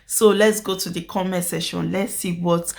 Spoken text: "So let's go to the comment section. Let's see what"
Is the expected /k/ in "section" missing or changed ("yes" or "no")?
yes